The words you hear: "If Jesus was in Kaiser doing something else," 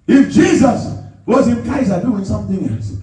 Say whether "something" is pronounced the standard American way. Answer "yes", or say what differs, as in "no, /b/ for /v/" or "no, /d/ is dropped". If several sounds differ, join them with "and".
yes